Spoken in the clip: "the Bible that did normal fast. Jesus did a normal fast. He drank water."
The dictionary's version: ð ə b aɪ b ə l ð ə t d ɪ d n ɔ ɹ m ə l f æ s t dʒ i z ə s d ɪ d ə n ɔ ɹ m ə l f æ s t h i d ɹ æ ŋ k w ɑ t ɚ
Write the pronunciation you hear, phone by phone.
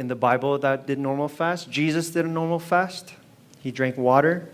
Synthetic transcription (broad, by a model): ð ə b aɪ b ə l ð ə t d ɪ d n ɔ ɹ m l f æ s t dʒ i z ə s d ɪ d ə n ɔ ɹ m l f æ s t h i d ɹ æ ŋ k w ɑ t ɚ